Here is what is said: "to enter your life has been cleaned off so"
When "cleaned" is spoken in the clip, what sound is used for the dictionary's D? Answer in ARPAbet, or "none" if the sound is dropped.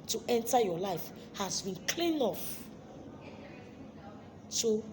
none